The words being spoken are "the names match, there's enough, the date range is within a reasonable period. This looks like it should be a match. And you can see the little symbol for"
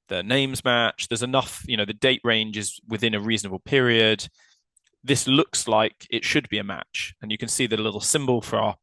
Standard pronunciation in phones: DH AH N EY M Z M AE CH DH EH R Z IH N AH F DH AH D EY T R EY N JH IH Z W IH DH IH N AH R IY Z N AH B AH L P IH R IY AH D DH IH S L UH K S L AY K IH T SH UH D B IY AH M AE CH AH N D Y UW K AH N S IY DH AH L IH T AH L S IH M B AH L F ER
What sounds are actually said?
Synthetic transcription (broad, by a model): DH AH N EY M Z M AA CH DH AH Z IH N AH F DH AH D EY T R EY N JH IH Z W IH DH IH N AH R IY Z N AH B AH L P IH R IY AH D DH IH S L UH K S L AY K IH T SH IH D B IY AH M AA CH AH N Y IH K AH N S IY DH AH L IH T L S IH M B AH L F ER